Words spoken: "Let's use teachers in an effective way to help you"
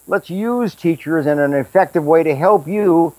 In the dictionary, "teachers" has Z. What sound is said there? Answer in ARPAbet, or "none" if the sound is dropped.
Z